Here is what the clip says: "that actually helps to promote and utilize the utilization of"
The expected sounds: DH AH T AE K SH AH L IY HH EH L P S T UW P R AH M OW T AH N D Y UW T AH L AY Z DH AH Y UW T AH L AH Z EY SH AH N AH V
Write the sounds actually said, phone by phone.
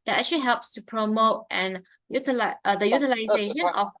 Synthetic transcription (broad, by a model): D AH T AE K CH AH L IY HH EH L P S T UW P R AH M OW T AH N Y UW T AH L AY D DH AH Y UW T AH L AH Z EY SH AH N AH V